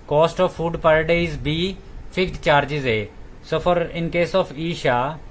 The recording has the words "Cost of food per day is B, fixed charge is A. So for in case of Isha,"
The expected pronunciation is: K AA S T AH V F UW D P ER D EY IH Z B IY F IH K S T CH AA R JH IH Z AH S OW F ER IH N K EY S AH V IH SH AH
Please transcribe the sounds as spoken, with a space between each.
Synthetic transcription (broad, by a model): K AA S T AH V F UW D P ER D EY IH Z B IY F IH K T CH AA R JH IH Z AH S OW F ER IH N K EY S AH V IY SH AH